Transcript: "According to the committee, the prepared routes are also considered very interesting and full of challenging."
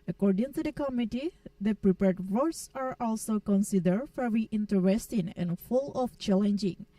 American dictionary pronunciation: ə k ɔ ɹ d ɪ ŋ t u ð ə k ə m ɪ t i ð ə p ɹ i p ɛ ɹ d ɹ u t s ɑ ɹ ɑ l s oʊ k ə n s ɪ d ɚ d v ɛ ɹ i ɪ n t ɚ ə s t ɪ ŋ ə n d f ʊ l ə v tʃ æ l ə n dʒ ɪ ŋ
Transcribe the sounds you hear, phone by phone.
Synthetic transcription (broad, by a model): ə k ɔ ɹ d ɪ ŋ t u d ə k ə m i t i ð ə p ɹ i p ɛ ɹ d w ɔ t s ɑ ɹ ɑ l s oʊ k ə n s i d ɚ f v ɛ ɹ i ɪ n t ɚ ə s t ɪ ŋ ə n f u l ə f tʃ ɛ l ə n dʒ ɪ ŋ